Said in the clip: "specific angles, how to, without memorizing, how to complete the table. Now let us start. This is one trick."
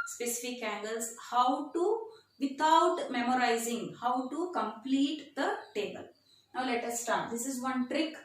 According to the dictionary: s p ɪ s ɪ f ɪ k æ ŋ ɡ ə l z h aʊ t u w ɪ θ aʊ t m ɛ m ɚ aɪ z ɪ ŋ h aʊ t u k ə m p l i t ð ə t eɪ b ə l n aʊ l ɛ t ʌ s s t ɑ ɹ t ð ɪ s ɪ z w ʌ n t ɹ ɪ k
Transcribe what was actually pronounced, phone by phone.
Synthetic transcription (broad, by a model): s p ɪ s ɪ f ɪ k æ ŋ ɡ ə l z h aʊ t u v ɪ t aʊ t m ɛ m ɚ aɪ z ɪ ŋ h aʊ t u k ə m p l i t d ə t eɪ b ə l n aʊ l ɛ t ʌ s s t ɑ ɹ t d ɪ s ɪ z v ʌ n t ɹ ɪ k